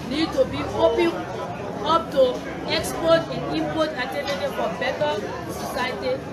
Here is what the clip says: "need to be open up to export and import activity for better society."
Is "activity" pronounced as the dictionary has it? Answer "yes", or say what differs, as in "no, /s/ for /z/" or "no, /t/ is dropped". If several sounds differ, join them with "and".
no, /k/ is dropped